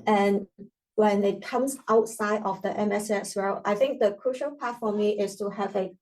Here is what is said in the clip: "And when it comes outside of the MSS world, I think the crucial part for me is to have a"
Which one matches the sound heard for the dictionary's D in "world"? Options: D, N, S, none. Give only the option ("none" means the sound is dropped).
none